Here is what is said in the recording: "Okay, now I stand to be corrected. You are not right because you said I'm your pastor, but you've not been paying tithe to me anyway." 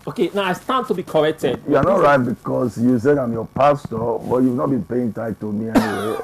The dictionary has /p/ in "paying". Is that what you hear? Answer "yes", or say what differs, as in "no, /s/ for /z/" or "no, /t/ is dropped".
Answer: yes